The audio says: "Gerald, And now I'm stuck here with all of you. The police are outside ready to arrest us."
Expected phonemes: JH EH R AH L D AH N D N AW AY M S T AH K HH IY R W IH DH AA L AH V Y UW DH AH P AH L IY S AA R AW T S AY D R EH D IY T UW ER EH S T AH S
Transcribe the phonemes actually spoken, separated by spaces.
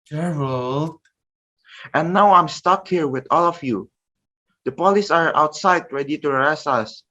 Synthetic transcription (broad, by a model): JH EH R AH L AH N N AW AY M S T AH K HH IY R W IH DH AA L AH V Y UW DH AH P AH L IY S AA R AW T S AY D R EH D IY T UW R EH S AH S